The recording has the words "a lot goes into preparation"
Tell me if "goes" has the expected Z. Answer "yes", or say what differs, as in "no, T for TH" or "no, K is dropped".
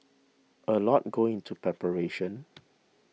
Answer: no, Z is dropped